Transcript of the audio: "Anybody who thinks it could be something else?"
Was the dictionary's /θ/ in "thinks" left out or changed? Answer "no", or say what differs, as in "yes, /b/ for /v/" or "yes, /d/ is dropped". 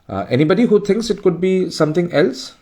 yes, /t/ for /θ/